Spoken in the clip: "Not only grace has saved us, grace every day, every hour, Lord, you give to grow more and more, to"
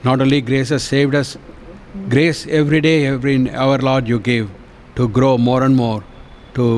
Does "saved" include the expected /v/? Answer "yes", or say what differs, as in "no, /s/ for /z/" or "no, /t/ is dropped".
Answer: yes